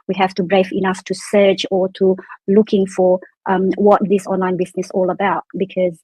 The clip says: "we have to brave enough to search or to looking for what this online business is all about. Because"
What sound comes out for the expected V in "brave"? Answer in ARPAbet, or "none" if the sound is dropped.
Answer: F